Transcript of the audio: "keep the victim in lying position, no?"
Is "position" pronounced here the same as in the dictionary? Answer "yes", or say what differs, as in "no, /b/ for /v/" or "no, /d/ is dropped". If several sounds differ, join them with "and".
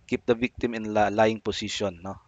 no, /s/ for /z/